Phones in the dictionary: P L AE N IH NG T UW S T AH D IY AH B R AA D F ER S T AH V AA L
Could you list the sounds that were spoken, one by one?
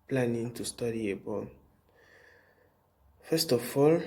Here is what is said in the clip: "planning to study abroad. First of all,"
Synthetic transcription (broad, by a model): P L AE N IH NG T UW S T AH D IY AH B AA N F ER S T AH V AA L